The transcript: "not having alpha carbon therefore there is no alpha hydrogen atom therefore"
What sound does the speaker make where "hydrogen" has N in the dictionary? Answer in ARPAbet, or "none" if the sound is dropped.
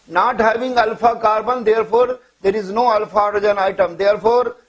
none